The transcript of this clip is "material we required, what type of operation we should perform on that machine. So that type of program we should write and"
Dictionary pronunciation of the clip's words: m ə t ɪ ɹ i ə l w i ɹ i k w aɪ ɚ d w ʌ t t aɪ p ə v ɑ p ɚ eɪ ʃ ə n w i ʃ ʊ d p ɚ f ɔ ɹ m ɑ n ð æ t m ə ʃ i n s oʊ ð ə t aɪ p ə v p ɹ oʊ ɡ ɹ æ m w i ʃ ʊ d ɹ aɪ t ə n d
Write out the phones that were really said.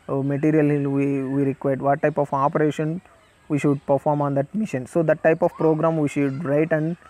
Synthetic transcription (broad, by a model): m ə t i ɹ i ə l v i ɹ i k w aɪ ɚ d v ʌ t t aɪ p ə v ɑ p ɚ eɪ ʃ ə n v i ʃ ʊ d p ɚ f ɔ ɹ m ɑ n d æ t m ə ʃ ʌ n s oʊ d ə t aɪ p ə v p ɹ oʊ ɡ ɹ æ m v i ʃ ʊ d ɹ aɪ t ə n d